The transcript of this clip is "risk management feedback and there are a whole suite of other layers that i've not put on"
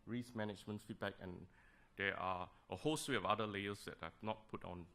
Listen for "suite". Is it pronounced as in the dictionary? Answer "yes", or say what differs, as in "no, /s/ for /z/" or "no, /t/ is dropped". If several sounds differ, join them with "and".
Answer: no, /t/ is dropped